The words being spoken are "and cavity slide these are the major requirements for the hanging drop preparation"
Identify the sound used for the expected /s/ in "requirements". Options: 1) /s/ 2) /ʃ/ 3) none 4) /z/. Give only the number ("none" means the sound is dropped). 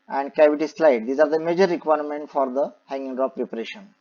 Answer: 3